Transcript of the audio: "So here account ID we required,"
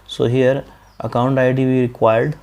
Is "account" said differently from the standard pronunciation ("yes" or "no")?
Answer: no